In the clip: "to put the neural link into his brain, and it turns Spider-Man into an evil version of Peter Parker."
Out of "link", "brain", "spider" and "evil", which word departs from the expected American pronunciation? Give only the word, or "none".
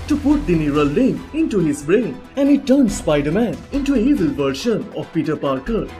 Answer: link